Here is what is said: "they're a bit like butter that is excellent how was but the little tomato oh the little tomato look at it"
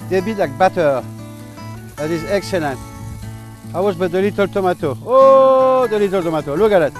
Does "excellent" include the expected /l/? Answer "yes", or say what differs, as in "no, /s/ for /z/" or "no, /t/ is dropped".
yes